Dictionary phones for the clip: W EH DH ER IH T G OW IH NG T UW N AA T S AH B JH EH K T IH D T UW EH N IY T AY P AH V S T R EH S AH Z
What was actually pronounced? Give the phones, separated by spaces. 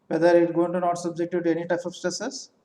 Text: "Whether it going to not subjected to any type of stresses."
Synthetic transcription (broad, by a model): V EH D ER IH T G OW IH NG T UW N AA T S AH B JH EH K T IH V T UW EH N IY T AY P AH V S T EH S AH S